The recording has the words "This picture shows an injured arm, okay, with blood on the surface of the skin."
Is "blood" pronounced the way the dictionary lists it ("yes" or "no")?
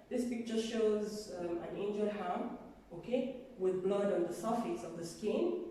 yes